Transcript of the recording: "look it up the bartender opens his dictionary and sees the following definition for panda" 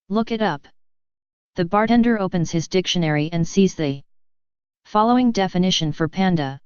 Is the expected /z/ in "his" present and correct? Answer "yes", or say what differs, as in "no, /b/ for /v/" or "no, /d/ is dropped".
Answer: yes